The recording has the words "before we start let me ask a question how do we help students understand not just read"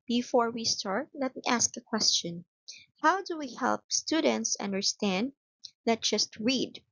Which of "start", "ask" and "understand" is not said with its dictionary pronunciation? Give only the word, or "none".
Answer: none